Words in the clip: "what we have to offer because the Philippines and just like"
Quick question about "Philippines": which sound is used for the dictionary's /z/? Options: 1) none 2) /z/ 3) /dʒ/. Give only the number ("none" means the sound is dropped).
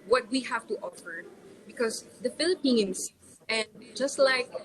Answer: 1